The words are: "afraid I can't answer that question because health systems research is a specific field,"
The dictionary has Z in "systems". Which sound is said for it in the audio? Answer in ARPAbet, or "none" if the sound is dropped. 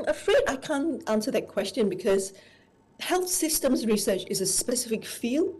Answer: Z